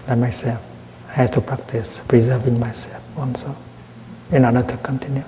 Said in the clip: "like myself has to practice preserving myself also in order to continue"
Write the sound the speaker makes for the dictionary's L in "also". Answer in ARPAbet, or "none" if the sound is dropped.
N